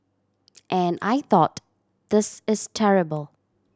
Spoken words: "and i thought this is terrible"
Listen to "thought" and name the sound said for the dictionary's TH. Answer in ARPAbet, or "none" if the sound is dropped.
TH